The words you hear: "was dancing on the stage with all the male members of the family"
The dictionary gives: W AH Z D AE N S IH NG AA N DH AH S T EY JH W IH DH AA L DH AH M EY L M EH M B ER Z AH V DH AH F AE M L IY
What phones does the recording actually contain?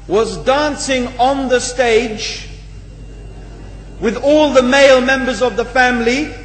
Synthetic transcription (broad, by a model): W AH Z D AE N S IH NG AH N DH AH S T EY JH W IH DH AA L DH AH M EY L M EH M B ER Z AH V DH AH F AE M L IY